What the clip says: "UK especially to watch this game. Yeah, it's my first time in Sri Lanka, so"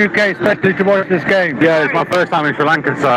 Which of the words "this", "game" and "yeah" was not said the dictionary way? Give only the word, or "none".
none